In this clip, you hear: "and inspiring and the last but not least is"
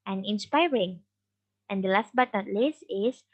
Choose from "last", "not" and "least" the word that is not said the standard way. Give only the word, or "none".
least